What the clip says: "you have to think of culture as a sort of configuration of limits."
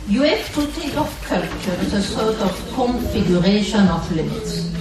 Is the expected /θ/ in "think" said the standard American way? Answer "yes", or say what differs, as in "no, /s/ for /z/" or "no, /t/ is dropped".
no, /t/ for /θ/